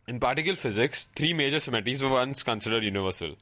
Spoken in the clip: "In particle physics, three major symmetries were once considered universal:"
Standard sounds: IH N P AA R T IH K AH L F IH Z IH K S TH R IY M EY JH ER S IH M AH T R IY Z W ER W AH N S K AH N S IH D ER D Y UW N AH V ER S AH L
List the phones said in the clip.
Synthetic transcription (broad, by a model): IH N P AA R T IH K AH L F IH Z IH K S T R IY M EY JH ER S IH M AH T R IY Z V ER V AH N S K AH N S IH D ER D Y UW N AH V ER S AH L